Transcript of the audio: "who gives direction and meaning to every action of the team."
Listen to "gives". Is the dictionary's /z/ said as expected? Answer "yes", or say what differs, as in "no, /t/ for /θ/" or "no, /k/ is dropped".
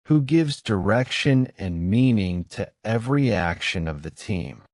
yes